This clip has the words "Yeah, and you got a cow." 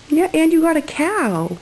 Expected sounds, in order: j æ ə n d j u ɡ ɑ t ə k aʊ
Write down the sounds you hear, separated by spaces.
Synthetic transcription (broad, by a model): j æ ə n j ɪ ɡ ɑ t ə k aʊ